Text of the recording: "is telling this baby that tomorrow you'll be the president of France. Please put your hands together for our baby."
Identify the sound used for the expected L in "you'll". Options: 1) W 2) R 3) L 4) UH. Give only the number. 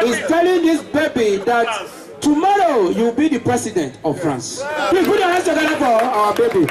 1